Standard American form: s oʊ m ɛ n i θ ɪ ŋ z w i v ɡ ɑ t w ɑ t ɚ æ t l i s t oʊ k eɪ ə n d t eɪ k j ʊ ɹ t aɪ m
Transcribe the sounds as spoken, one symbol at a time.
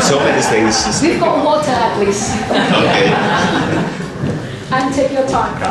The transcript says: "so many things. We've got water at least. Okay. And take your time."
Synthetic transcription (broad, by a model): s oʊ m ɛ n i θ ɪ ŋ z w i v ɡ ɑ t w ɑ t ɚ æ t l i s oʊ k eɪ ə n t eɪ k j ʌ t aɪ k